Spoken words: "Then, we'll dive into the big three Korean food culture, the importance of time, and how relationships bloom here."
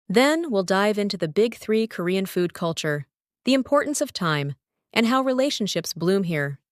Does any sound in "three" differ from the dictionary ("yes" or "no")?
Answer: no